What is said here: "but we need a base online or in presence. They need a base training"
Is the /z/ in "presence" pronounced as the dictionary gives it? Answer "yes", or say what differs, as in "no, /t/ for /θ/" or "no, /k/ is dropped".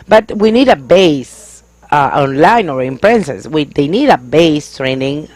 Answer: no, /s/ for /z/